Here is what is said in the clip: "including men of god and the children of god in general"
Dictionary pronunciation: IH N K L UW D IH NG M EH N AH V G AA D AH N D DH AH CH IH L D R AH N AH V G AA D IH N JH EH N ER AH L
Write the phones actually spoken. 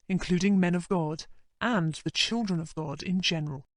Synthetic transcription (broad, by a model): IH N K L UW D IH NG M EH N AH V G AA D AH N DH AH CH IH L D R AH N AH V G AA D IH N JH EH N ER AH L